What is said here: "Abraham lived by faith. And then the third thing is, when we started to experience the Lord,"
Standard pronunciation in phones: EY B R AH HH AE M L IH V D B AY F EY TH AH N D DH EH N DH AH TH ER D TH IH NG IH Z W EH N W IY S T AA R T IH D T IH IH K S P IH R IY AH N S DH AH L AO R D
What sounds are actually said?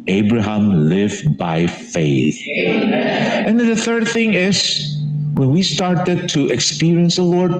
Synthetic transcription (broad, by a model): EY B R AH HH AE M L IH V B AY F EY TH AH N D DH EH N DH AH TH ER D TH IH NG IH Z W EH N W IY S T AA R T IH D T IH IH K S P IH R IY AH N S DH AH L AO R D